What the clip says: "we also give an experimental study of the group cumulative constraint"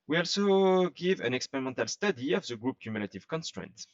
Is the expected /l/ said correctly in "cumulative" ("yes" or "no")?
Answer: yes